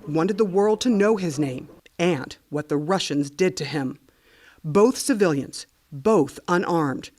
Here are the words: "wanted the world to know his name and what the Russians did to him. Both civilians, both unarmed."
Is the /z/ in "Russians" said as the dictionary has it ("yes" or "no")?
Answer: yes